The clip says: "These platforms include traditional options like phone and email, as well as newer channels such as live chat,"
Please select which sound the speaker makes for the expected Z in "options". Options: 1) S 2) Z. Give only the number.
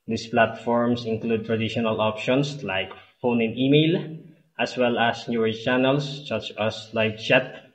1